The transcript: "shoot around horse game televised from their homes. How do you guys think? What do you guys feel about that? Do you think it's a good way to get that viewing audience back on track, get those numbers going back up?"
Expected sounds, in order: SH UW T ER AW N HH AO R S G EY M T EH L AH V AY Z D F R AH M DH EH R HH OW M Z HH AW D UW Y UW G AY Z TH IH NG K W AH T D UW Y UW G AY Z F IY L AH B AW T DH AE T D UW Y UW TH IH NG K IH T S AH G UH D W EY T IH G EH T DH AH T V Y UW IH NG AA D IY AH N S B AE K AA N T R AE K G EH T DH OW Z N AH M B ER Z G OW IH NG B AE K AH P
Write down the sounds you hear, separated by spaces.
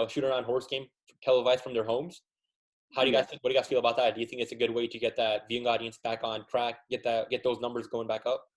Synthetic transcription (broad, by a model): SH UW T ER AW N HH AO R S G EY M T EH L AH V AY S F R AH M DH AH R HH OW M Z HH AW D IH G AY Z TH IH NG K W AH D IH G AY Z F IY L AH B AW T DH AE T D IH Y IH TH IH NG K IH T S AH G UH D W EY T IH G EH T DH AH T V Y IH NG AA D IY AH N S B AE K N T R AE K G EH T DH OW Z N AH M B ER Z G OW IH NG B AE K AH P